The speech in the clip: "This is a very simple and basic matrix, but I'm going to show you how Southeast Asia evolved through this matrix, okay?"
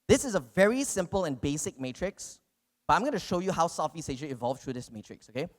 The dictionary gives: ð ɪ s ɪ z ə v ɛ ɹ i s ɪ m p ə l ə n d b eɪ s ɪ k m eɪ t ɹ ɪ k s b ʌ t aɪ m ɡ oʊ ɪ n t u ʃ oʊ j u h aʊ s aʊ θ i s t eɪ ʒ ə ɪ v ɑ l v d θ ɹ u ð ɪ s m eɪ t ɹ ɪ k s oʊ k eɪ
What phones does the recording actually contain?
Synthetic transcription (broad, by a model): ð ɪ s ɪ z ə v ɛ ɹ i s ɪ m p ə l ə n b eɪ s ɪ k m eɪ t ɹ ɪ k s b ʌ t aɪ m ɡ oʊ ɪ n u ʃ oʊ j u h aʊ s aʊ f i s eɪ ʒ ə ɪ v ɑ l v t ɹ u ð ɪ s m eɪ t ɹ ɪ k s oʊ k eɪ